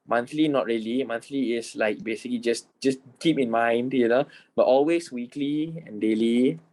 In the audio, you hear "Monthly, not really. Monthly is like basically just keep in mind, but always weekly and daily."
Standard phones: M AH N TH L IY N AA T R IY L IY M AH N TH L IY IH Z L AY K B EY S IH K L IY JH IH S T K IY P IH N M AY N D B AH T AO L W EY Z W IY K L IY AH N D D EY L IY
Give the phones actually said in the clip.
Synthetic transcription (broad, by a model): M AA N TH L IY N AA T R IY L IY M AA N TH L IY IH S L AY K B EY S IH K L IY JH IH S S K IY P IH N M AY N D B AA T AO L W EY S W IY K L IY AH N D D EY L IY